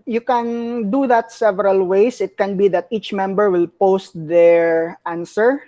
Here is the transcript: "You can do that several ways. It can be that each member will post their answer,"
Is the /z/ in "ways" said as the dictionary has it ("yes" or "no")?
no